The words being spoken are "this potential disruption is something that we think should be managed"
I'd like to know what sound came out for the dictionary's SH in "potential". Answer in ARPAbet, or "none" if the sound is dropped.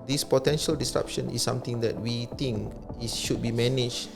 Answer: SH